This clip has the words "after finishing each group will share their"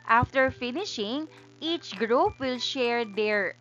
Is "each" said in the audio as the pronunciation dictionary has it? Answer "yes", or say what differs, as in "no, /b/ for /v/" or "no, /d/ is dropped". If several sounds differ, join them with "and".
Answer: yes